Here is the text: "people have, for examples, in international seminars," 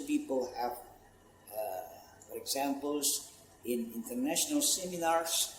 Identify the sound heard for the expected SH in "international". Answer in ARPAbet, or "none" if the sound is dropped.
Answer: SH